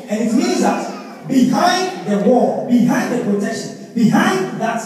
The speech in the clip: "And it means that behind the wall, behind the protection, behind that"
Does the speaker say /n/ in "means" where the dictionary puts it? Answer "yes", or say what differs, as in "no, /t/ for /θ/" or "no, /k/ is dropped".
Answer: no, /n/ is dropped